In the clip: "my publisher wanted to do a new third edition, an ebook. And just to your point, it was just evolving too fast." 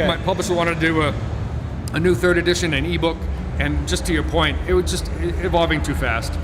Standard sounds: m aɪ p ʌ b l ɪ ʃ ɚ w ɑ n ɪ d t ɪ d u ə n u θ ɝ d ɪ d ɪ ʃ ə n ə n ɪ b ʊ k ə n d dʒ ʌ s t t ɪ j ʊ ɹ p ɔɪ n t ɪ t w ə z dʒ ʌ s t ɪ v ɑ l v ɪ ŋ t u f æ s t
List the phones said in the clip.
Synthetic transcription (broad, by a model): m aɪ p ʌ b l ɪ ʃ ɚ w ɑ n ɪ t ɪ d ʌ ə n u θ ɝ d ɪ d ɪ ʃ ə n ə n ɪ b ʊ k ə n dʒ ʌ s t t ɪ j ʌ ɹ p ɔɪ n t ɪ t w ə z dʒ ʌ s t ɪ v ɑ l v ɪ ŋ t u f æ s t